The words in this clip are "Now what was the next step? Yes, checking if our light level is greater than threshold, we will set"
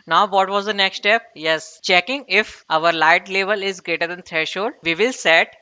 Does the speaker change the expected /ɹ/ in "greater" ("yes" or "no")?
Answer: no